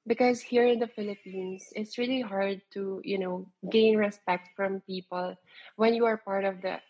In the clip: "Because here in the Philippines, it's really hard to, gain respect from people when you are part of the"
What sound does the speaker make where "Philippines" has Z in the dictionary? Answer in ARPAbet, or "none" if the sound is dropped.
S